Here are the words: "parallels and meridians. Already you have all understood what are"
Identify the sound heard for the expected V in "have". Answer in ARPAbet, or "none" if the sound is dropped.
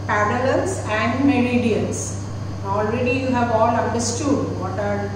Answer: V